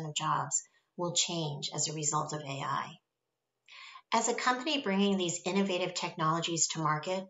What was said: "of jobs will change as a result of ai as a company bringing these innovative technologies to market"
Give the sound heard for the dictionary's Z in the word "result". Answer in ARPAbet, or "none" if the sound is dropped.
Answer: Z